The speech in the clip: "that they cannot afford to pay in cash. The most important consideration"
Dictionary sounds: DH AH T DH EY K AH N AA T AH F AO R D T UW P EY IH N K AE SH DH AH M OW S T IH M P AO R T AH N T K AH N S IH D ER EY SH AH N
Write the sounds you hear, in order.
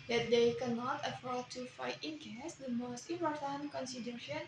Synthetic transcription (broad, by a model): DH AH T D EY K AH N AA T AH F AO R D T UW F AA IH N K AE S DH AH M OW S T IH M P AO R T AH N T K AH N S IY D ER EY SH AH N